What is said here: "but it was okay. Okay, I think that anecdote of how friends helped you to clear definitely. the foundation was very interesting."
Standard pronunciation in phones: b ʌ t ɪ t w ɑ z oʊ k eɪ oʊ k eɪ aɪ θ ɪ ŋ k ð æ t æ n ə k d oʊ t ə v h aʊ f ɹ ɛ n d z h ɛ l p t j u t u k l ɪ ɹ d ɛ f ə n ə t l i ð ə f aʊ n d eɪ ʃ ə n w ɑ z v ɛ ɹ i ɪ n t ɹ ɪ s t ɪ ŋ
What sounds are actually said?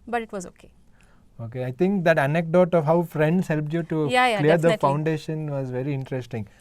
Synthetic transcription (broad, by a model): b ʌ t ɪ t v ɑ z oʊ k eɪ oʊ k eɪ aɪ t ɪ ŋ k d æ t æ n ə k d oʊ t ə v h aʊ f ɹ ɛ n d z h ɛ l p t j u t u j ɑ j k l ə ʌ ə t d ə f aʊ n d eɪ ʃ ə n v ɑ z v ɛ ɹ i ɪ n t ɹ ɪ s t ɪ ŋ